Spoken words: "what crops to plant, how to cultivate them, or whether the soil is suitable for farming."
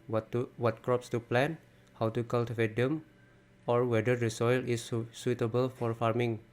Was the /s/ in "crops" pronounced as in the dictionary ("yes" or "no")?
yes